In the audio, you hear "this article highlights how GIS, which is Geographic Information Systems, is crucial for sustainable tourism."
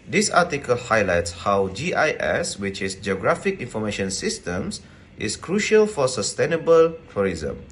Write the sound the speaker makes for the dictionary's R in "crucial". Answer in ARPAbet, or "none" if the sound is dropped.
R